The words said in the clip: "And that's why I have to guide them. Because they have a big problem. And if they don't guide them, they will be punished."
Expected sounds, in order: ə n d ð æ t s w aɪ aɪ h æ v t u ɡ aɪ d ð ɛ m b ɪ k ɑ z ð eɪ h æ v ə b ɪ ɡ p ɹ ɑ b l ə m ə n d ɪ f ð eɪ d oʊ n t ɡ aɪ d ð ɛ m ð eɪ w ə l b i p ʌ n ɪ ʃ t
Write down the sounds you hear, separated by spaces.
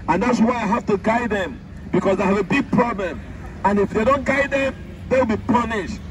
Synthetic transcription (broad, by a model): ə n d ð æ t s w aɪ aɪ h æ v t u ɡ aɪ d ð ɛ m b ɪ k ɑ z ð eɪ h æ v ə b ɪ ɡ p ɹ ɑ b l ə m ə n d ɪ f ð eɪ d oʊ n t ɡ aɪ d ð ɛ m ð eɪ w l b i p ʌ n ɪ ʃ t